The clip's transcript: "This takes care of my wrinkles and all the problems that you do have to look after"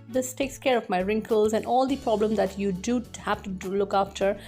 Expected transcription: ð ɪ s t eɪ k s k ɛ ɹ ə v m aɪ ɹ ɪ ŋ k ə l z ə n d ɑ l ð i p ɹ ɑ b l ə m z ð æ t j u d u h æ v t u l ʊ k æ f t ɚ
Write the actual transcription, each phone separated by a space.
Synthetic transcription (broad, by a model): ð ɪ s t eɪ k s k ɛ ɹ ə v m aɪ ɹ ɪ ŋ k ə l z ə n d ɑ l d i p ɹ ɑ b l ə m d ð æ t j u d u h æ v t u l ʊ k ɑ f t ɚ